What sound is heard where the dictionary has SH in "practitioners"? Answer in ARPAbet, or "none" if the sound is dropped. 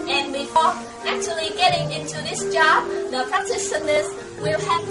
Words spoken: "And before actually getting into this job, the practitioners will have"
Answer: S